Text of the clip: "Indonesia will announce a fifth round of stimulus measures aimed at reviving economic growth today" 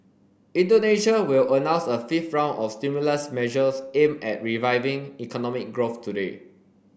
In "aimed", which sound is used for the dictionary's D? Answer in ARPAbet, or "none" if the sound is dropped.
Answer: none